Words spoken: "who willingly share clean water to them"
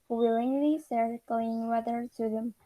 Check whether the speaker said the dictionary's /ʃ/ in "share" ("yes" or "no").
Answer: no